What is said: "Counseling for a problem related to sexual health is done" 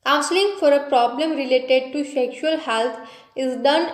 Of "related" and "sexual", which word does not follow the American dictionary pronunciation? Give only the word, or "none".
none